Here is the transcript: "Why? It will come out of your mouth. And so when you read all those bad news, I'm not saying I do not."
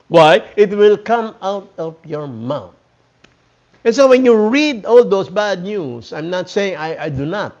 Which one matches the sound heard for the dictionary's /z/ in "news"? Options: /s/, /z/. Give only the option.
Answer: /s/